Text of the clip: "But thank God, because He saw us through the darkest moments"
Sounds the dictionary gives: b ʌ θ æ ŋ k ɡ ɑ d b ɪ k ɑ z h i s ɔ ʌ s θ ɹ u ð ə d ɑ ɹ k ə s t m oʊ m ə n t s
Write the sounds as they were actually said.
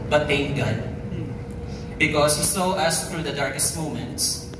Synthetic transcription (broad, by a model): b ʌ t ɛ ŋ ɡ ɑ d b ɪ k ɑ s h i s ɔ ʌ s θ ɹ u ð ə d ɑ ɹ k ə s t m oʊ m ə n t s